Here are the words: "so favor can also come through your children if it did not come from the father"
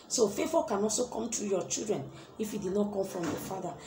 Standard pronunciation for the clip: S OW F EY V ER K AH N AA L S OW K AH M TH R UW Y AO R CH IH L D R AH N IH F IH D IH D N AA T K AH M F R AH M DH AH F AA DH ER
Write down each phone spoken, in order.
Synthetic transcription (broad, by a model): S OW F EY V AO K AH N AA L S OW K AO M T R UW Y AO CH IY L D R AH N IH F IH D IH D N AA T K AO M F R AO M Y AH F AA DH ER